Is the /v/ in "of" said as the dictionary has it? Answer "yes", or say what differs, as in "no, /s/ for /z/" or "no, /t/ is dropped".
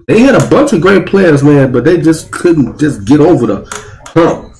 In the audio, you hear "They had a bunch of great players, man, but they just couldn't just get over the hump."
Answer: yes